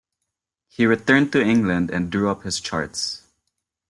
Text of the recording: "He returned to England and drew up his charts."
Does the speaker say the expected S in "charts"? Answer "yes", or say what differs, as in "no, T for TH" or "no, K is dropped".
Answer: yes